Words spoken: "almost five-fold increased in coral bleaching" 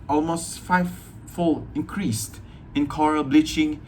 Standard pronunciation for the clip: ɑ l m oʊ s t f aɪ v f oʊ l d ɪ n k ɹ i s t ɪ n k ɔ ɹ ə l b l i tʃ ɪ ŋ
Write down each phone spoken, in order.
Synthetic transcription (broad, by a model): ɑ l m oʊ s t f aɪ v f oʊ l ɪ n k ɹ i s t ɪ n k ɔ ɹ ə b l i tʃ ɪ ŋ